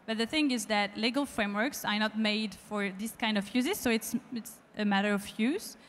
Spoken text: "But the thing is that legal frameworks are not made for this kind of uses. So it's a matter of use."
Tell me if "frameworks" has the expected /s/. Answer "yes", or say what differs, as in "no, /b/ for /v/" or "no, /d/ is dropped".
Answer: yes